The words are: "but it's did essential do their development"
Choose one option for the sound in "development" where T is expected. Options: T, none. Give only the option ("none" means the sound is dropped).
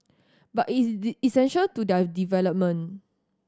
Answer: none